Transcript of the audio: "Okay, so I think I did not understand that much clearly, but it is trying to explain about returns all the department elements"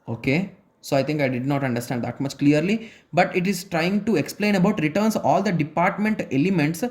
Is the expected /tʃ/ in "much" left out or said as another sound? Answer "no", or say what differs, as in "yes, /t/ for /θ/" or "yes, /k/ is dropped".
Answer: no